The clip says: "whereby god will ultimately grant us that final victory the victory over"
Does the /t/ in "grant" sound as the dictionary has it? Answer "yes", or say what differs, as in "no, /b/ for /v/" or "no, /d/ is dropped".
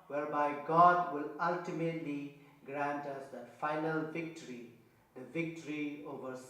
yes